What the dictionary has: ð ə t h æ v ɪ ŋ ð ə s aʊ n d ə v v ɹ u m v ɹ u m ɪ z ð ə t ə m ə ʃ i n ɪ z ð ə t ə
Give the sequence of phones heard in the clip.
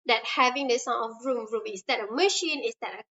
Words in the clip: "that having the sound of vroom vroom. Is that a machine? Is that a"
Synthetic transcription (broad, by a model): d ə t h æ v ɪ ŋ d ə s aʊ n ə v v ɹ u m ɹ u m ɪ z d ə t ə m ə ʃ i n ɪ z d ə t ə